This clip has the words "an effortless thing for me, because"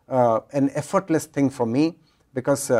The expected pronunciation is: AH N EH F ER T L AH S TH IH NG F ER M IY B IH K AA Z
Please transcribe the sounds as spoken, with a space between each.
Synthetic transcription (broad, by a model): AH N EH F ER T L AH S T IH NG F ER M IY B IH K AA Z